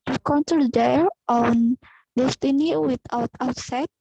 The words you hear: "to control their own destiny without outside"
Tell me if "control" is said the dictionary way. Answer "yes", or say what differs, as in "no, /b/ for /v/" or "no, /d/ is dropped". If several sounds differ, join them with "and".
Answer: no, /ɹ/ is dropped